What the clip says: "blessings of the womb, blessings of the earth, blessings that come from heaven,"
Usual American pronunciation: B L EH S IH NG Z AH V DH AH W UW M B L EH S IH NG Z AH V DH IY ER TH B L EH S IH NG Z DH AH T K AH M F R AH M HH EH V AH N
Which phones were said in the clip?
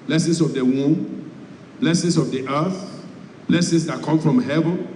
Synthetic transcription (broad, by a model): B L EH S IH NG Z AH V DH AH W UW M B L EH S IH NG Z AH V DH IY ER TH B L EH S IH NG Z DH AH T K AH M F R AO M HH EH V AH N